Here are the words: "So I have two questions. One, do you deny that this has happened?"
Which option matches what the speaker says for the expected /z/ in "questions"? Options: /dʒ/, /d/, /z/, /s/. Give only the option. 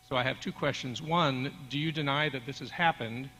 /z/